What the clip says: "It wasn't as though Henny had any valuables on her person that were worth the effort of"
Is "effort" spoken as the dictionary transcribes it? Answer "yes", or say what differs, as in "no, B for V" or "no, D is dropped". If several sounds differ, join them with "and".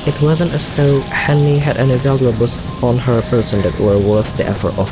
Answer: yes